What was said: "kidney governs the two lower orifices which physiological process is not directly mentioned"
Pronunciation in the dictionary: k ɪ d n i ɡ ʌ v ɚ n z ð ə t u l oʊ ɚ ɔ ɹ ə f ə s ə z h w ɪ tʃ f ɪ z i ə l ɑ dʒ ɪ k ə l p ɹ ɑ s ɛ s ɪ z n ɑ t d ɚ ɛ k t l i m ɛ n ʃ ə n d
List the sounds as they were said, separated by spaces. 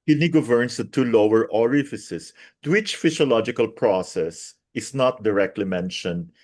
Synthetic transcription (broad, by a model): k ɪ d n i ɡ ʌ v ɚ n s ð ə t u l oʊ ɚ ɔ ɹ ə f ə s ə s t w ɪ tʃ f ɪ s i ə l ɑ dʒ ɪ k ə l p ɹ ɑ s ɛ s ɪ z n ɑ t d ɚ ɛ k t l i m ɛ n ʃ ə n d